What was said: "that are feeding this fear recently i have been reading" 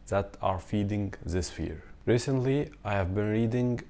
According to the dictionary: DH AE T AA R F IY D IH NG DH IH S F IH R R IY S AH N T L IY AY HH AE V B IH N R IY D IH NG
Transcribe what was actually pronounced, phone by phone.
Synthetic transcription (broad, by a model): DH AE T AA R F IY D IH NG DH IH S F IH R R IY S AH N T L IY AY HH AE V B IH N R IY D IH NG